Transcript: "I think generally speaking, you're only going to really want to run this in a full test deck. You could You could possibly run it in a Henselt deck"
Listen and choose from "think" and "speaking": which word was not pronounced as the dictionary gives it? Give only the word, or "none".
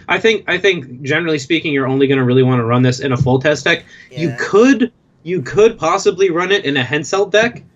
none